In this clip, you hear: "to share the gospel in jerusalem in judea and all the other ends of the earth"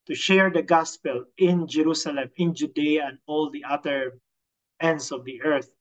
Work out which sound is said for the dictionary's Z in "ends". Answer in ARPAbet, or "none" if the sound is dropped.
S